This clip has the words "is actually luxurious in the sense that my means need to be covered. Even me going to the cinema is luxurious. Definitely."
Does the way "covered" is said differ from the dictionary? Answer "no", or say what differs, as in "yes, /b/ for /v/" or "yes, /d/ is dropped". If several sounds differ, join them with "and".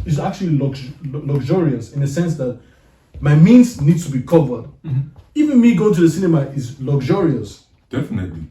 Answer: no